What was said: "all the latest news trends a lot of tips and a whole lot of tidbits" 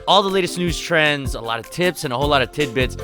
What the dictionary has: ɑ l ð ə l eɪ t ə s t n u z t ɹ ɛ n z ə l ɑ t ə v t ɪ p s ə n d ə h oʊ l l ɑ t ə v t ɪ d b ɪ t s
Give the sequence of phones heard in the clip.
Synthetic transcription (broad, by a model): ɑ l ð ə l eɪ t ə s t n u z t ɹ ɛ n z ə l ɑ t ə v t ɪ p s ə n ə h oʊ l l ɑ t ə v t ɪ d b ɪ t s